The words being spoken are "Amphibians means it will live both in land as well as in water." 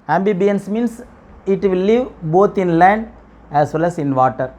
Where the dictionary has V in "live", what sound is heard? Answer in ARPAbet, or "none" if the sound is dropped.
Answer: V